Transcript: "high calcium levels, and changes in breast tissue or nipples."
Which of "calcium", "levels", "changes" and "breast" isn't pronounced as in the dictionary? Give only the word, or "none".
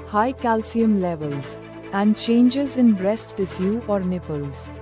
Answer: none